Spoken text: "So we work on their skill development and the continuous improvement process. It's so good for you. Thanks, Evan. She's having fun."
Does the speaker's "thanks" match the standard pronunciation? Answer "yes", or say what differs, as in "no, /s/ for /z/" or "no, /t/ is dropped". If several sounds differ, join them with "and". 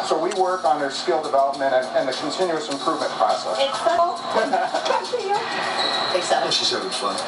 no, /ŋ/ is dropped